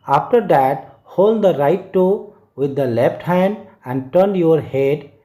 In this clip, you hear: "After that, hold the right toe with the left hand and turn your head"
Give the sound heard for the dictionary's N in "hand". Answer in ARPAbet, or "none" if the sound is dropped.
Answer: N